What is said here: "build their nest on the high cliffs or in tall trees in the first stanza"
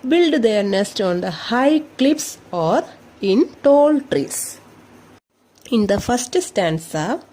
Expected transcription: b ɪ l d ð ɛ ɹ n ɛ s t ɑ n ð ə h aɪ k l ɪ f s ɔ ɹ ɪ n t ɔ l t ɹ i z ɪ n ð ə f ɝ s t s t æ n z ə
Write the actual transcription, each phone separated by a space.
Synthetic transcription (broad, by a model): b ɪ l d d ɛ ɹ n ɛ s t ɑ n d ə h aɪ k l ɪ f s ɔ ɹ ɪ n t ɔ l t ɹ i s ɪ n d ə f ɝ s t s t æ n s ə